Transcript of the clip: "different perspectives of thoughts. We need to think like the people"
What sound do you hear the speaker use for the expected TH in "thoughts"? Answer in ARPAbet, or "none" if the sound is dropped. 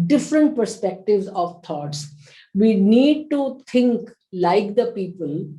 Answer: T